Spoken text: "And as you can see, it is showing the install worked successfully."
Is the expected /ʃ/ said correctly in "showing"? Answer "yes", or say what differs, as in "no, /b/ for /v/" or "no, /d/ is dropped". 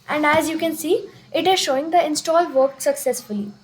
yes